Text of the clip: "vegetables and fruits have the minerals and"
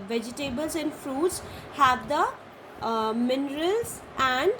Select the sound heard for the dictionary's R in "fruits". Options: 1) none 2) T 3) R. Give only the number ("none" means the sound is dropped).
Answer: 3